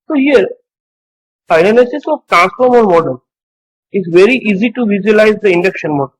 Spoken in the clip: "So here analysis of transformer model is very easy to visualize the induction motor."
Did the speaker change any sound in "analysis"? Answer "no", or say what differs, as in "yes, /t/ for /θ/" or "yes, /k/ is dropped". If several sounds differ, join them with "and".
yes, /n/ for /l/